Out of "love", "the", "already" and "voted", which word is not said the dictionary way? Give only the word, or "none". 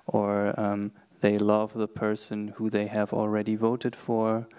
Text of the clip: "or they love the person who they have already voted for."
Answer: none